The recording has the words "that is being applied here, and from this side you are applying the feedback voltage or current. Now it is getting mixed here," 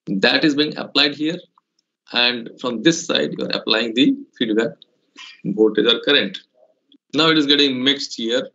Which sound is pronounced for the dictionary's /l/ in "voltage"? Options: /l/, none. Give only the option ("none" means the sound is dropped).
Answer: none